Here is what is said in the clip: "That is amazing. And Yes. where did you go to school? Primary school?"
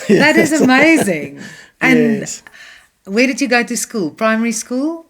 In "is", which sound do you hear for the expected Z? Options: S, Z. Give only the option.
Z